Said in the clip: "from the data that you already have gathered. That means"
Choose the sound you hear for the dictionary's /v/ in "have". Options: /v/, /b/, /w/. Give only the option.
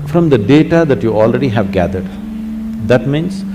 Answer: /v/